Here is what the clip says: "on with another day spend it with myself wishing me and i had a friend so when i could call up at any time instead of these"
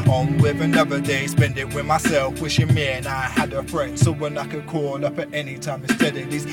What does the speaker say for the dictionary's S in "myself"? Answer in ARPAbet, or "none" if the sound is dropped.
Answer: S